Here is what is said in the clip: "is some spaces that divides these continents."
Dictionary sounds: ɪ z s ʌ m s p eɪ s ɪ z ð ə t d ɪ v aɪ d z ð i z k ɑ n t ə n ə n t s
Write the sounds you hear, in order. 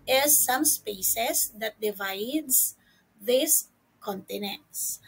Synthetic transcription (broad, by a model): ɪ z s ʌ m s p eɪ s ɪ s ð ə t d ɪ v aɪ d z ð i s k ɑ n t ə n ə n t s